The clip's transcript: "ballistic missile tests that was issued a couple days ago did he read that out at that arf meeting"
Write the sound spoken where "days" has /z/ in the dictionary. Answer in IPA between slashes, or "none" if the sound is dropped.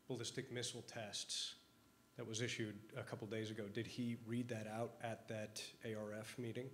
/z/